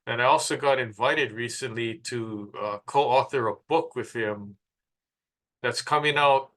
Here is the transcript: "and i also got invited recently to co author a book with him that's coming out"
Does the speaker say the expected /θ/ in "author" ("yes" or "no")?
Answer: yes